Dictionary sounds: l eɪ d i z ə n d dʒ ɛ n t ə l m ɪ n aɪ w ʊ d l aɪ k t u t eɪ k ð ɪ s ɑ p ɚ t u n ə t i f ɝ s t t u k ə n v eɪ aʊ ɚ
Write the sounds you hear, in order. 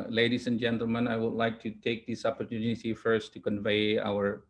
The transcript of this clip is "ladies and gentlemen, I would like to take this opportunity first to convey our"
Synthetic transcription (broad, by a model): l eɪ d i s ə n dʒ ɛ n t ə l m ɪ n aɪ w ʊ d l aɪ k t u t eɪ k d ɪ s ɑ p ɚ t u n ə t i f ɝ s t t u k ə n v eɪ aʊ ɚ